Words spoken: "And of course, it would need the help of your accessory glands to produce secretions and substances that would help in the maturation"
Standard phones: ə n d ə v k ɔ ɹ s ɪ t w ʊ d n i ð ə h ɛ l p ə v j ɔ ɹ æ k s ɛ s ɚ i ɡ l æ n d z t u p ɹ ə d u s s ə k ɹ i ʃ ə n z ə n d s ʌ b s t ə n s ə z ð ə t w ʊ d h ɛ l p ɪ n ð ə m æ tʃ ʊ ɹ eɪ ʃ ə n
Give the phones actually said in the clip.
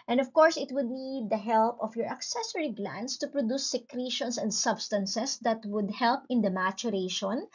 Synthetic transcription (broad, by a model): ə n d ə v k ɔ ɹ s ɪ t w ʊ d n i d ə h ɛ l p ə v j ɔ ɹ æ k s ɛ s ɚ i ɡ l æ n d s t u p ɹ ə d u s s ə k ɹ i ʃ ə n s ə n d s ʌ b s t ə n s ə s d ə t w ʊ d h ɛ l p ɪ n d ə m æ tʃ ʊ ɹ eɪ ʃ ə n